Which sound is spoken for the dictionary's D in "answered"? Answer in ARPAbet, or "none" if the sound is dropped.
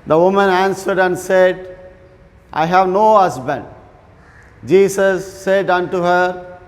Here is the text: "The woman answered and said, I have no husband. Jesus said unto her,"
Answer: D